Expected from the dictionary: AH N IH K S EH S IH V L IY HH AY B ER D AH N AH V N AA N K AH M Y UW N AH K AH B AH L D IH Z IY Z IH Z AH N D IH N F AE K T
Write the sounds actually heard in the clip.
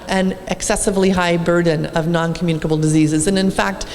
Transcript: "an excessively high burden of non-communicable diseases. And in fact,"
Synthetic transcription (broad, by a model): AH N IH K S EH S IH V L IY HH AY B ER D N AH V N AA N K M Y UW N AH K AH B L D IH Z IY Z IH Z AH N IH N F AE K T